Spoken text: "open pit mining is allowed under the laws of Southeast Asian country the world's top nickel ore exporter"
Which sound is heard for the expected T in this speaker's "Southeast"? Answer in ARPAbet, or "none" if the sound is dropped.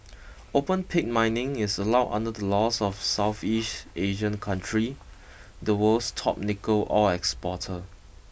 T